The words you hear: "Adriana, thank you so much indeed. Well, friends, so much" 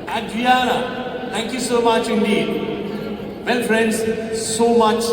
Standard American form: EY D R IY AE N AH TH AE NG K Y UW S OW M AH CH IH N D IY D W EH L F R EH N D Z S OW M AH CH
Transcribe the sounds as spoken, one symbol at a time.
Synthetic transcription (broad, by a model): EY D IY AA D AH T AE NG K Y UW S OW M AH CH IH N D IY D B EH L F R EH N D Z S OW M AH CH